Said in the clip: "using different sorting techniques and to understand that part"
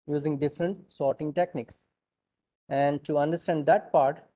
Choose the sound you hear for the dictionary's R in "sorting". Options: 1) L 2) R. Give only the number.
2